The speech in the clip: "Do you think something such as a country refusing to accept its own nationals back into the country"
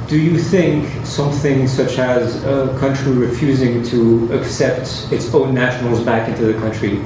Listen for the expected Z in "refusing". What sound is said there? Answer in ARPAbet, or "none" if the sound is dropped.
Z